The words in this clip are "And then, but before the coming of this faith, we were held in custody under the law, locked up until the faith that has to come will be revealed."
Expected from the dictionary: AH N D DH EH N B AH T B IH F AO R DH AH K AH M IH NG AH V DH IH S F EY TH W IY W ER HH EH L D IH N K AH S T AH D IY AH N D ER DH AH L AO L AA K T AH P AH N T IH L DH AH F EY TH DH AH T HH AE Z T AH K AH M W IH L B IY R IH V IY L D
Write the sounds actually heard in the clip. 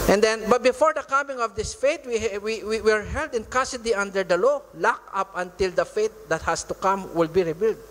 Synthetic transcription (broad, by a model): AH N D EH N B AH T B IH F AO R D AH K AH M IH NG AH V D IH S F EY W W IY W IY HH EH L D IH N K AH S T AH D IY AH N D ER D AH L AO L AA K AH P AH N T IH L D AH F EY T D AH T HH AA S T AH K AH M W IH L B IY R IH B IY L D